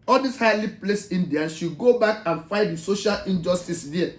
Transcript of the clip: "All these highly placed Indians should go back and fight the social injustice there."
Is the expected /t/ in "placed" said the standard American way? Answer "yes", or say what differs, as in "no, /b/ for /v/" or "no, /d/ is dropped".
no, /t/ is dropped